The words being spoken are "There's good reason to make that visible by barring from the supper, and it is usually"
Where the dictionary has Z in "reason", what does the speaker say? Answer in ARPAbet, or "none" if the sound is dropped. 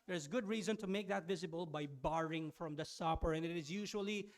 Z